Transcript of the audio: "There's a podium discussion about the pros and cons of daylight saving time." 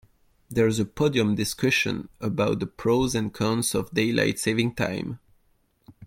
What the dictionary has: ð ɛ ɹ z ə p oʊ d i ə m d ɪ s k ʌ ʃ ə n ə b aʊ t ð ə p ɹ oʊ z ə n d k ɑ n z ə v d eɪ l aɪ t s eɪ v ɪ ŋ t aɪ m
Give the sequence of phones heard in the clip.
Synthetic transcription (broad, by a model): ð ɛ ɹ z ə p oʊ d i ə m d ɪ s k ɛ ʃ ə n ə b aʊ t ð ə p ɹ oʊ z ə n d k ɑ n s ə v d eɪ l aɪ t s eɪ v ɪ ŋ t aɪ m